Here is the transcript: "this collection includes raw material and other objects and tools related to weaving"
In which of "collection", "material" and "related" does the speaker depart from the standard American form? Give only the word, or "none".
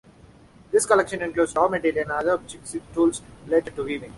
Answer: material